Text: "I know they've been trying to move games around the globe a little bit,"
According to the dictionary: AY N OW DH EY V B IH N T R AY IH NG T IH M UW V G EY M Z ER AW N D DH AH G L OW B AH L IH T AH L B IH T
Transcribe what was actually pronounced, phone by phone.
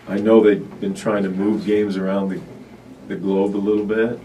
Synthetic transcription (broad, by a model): AY N OW DH EY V B IH N T R AY IH NG T IH M UW V G EY M Z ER AW N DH DH AH G L OW B AH L IH T L B IH T